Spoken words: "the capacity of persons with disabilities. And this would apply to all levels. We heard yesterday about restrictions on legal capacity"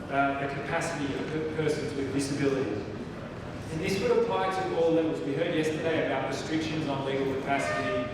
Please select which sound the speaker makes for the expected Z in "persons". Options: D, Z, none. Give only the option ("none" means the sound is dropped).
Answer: Z